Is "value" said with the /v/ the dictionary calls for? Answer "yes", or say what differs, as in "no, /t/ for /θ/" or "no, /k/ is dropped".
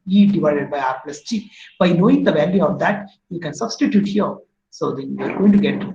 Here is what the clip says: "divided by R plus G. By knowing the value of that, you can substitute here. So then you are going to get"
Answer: yes